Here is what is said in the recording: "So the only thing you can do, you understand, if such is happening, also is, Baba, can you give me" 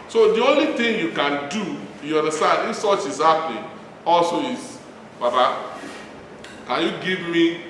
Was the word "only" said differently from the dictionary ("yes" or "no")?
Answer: no